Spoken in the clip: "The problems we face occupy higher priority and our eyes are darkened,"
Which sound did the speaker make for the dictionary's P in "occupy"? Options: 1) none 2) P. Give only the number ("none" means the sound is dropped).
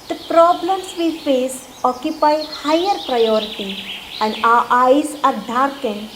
2